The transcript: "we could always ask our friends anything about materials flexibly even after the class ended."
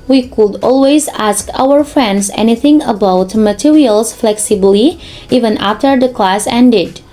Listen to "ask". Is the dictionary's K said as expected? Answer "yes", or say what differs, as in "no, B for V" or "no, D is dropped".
yes